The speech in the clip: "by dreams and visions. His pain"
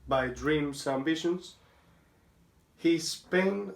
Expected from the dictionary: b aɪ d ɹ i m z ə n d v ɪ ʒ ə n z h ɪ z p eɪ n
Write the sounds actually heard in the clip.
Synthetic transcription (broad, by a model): b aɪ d ɹ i m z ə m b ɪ ʃ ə n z h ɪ s p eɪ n